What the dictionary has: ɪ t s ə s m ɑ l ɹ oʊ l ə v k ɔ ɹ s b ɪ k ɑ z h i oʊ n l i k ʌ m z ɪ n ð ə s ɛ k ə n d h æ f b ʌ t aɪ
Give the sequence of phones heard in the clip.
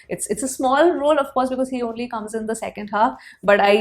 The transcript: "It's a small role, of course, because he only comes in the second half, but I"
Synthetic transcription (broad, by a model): ɪ t s ə s m ɑ l ɹ oʊ l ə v k ɔ ɹ s b ɪ k ɑ z h i oʊ n l i k ʌ m z ɪ n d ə s ɛ k ə n d h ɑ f b ʌ t aɪ